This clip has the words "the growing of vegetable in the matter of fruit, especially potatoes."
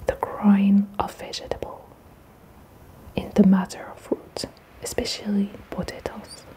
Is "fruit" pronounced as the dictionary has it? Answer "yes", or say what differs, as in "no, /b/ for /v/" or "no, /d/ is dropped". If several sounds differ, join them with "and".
no, /ɹ/ is dropped